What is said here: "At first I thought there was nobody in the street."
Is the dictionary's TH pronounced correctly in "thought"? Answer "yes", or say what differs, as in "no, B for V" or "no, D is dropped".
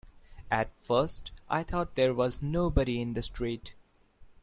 no, T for TH